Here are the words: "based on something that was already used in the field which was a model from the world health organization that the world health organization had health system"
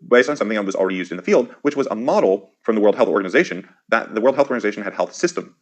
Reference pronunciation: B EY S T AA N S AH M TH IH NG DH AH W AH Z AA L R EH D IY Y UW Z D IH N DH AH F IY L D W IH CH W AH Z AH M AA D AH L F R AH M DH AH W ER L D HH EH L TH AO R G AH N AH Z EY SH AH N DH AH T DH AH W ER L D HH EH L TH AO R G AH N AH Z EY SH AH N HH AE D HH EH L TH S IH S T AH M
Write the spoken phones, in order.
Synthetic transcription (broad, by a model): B EY S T N S AH M TH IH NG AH W AH Z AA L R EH D IY Y UW Z D IH N DH AH F IY L D W IH CH W AH Z AH M AA D L F R AH M DH AH W ER L D HH EH L TH AO R G AH N AH Z EY SH AH N DH AH T DH AH W ER L D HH EH L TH AO R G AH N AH Z EY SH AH N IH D HH EH L TH S IH S T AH M